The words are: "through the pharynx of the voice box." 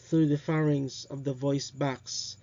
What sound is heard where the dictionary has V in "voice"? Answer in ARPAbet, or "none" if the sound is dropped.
V